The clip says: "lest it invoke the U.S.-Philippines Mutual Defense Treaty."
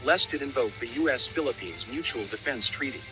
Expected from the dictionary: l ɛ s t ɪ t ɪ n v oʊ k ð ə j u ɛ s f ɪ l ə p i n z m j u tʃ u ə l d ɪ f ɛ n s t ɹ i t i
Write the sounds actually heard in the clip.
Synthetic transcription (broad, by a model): l ɛ s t ɪ t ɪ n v oʊ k ð ə j u ɛ s f ɪ l ə p i n z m j u tʃ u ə l d ɪ f ɛ n s t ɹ i t i